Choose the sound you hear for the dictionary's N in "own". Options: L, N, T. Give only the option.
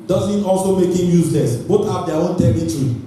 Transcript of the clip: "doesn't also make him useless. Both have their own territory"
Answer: N